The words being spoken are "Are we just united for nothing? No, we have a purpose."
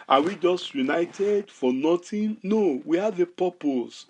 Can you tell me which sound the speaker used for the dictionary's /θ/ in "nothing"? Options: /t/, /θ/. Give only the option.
/t/